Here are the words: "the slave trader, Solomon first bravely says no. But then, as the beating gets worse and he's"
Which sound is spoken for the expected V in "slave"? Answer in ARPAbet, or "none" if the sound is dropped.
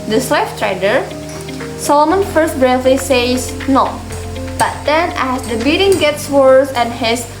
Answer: F